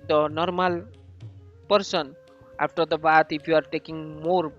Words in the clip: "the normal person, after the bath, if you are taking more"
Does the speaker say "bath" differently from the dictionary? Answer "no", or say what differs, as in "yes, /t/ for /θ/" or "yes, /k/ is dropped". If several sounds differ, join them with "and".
yes, /t/ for /θ/